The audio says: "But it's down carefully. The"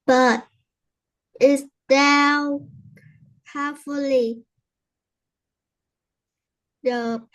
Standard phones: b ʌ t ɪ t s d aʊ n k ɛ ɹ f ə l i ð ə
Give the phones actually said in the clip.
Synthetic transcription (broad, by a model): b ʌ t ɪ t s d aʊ l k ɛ f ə l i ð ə